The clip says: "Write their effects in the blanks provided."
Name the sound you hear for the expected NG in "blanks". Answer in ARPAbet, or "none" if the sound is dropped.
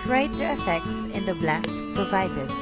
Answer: none